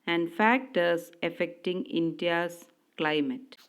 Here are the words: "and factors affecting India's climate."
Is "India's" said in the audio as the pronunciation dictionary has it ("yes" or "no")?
no